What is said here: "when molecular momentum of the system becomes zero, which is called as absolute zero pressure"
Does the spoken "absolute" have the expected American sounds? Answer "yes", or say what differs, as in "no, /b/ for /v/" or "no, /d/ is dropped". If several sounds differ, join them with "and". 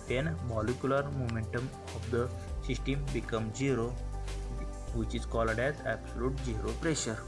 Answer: yes